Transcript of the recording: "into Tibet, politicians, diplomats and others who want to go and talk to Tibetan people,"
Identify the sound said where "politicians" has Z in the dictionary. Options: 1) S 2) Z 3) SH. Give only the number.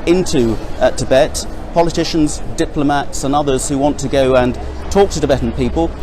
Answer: 2